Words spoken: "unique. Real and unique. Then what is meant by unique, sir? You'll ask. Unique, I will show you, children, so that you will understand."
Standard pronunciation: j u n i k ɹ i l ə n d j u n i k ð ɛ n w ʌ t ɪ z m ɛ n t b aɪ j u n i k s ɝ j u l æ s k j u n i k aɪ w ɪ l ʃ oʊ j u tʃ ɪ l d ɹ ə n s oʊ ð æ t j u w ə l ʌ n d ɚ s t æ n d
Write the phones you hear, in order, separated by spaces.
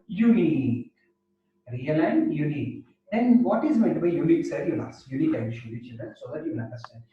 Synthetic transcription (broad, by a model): j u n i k ɹ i l ə n d j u n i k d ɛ n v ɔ t ɪ z m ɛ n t b aɪ j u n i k s ɝ j u l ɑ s j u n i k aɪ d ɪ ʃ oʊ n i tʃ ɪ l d ə s oʊ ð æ t j u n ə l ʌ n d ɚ s t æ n d